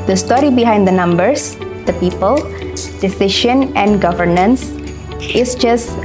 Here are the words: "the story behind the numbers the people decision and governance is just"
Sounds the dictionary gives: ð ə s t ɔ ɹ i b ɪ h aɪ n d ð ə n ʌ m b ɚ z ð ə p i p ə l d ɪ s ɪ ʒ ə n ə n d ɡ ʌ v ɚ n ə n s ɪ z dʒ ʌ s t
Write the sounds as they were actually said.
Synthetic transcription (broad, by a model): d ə s t ɔ ɹ i b ɪ h aɪ n d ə n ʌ m b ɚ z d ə p i p ə l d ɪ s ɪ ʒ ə n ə n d ɡ ʌ v ɚ n ə n s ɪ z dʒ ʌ s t